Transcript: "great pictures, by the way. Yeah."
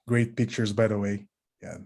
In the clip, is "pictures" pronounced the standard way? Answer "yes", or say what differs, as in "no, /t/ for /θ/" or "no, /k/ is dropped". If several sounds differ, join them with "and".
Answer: yes